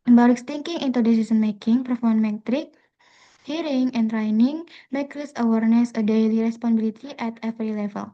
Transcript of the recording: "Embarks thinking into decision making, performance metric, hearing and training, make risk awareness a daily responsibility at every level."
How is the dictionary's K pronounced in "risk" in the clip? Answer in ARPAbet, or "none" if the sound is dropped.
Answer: none